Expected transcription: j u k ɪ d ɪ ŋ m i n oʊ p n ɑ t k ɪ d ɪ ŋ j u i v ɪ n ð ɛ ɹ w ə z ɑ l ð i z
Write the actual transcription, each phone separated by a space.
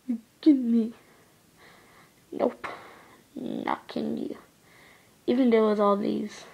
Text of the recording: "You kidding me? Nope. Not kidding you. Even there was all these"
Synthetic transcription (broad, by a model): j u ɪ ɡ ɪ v m i n oʊ p n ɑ k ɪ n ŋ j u i v ɪ n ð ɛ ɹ w ə z ɑ l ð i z